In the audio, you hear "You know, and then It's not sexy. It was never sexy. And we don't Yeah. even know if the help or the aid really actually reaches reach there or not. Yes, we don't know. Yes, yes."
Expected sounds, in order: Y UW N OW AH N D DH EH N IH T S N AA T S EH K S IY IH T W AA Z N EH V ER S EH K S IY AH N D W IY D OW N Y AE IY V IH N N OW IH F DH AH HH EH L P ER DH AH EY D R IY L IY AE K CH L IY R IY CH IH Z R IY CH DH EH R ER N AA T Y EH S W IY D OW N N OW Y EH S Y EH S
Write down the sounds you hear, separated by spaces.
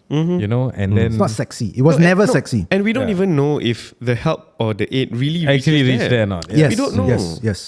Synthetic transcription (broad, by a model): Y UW N OW AH N D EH N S N AA T S EH K S IY IH T W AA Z N EH V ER S EH K S IY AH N W IY D OW N IY V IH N N OW IH F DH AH HH EH L P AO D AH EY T R IY L IY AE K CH IY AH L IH R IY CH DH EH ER N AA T Y EH S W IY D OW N N OW Y EH S Y EH S